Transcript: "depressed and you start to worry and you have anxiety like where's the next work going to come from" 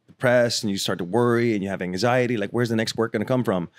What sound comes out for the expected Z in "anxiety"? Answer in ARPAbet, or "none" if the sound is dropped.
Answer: Z